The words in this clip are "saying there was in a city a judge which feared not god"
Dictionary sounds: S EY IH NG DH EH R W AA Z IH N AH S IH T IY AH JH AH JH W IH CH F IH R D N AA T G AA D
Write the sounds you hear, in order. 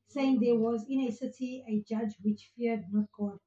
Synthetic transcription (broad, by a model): S EY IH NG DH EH W AA Z IH N AH S IH T IY AH JH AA JH W IH CH F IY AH D N AA T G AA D